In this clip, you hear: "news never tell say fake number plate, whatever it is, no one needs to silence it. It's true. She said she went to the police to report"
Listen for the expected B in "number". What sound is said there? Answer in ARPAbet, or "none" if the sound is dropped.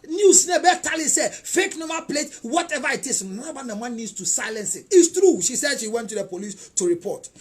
none